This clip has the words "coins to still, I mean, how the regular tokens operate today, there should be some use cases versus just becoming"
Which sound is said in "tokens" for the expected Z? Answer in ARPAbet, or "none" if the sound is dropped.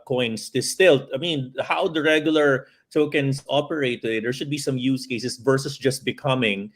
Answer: S